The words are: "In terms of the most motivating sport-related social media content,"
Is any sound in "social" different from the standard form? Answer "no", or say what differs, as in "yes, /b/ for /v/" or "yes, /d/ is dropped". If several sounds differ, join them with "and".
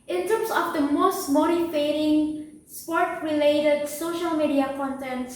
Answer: no